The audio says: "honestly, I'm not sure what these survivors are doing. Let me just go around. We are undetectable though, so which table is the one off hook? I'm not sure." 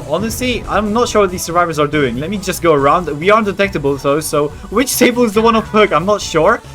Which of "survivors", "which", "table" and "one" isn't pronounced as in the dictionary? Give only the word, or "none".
none